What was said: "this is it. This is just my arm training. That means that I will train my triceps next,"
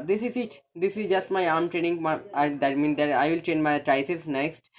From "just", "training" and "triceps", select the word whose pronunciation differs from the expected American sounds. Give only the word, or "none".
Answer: triceps